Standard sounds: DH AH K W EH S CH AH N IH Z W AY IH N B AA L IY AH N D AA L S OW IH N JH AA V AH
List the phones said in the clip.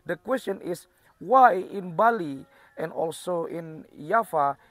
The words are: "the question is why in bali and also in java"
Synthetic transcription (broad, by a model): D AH K W EH S CH AH N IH S W AY IH N B AA L IY AH N D AA L S OW IH N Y AA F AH